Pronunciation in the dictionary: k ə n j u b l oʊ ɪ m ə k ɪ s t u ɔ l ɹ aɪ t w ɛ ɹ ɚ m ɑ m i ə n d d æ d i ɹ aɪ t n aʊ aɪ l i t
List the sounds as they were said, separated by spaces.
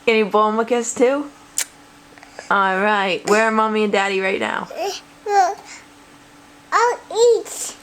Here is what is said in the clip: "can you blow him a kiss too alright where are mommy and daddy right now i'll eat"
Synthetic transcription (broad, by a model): k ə n j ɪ b oʊ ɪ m ə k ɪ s t u ɔ l ɹ aɪ t w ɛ ɹ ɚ m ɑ m i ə n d d æ d i ɹ aɪ t n aʊ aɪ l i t